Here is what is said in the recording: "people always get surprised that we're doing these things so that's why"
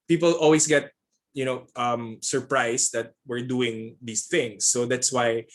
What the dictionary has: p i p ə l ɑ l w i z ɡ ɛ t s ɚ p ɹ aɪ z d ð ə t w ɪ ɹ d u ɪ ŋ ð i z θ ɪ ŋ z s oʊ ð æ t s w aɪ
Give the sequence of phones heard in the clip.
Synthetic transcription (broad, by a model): p i p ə l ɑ l w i s ɡ ɛ t s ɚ p ɹ aɪ s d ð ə t w ɪ ɹ d u ɪ ŋ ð i s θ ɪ ŋ s oʊ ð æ t s w aɪ